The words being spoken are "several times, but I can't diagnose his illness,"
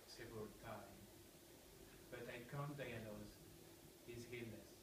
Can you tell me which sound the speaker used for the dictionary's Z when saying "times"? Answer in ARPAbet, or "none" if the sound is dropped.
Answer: none